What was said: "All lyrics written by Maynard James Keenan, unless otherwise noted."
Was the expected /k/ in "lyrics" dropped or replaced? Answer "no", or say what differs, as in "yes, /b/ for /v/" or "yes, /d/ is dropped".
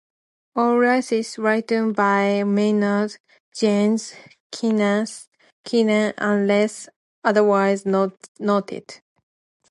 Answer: yes, /k/ is dropped